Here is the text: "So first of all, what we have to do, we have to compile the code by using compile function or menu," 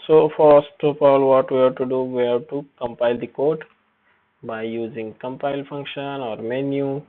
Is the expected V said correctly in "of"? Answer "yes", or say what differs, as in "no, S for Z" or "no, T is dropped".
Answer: no, P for V